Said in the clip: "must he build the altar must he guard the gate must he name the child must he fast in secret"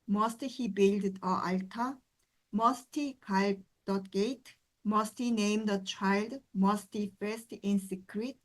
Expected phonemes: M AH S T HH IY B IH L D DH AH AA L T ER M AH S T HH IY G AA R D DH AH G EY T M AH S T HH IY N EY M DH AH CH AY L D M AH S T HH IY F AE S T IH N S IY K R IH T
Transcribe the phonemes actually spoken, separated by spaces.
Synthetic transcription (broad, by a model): M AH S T HH IY B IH L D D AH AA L T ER M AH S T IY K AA L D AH G EY T M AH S T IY N EY M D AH CH AY L D M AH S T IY F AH S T IH N S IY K R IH T